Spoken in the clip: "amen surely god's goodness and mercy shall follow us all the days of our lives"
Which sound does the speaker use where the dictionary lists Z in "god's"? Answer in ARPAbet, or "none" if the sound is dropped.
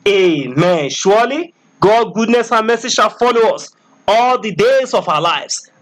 none